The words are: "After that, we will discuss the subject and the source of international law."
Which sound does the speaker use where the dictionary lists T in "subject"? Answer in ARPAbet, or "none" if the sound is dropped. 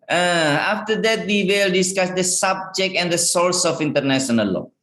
T